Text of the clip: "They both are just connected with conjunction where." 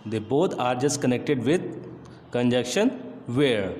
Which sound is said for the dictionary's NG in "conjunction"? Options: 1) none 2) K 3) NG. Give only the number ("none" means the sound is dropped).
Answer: 1